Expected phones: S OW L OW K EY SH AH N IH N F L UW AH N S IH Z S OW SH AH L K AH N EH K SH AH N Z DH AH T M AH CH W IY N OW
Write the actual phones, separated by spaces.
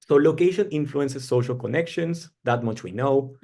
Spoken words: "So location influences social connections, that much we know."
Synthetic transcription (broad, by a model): S OW L OW K EY SH AH N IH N F L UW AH N S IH S OW SH AH L K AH N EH K SH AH N S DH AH T M AH CH W IY N OW